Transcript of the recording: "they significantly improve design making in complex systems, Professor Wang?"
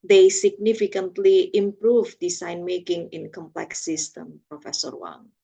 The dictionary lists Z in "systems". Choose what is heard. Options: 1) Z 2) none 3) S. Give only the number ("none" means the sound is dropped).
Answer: 2